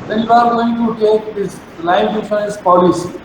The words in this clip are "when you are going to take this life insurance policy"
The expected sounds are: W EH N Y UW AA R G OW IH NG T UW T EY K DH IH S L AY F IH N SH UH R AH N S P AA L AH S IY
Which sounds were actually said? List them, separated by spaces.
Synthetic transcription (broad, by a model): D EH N Y UW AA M G OW IH NG T UW T EY K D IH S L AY IH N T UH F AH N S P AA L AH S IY